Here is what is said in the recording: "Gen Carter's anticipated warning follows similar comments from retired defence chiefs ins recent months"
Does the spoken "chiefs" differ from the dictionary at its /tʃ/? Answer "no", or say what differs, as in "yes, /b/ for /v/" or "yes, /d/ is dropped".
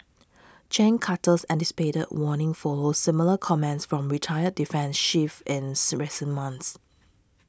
yes, /ʃ/ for /tʃ/